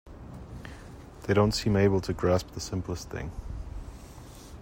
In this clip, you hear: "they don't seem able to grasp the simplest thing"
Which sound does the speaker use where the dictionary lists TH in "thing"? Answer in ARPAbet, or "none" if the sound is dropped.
TH